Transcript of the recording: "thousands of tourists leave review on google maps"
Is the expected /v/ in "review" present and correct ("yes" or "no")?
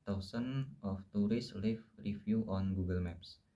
no